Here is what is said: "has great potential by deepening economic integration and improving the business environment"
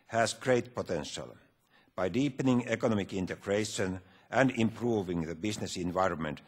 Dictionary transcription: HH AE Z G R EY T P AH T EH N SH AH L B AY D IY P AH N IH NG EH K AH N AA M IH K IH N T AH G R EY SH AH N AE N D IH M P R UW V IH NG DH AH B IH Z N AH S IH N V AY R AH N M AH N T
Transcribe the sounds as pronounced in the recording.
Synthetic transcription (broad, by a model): HH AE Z G R EY T P AH T EH N SH AH L B AY D IY P AH N IH NG EH K AH N AA M IH K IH N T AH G R EY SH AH N AE N D IH M P R UW V IH NG DH AH B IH S N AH S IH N V AY R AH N M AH N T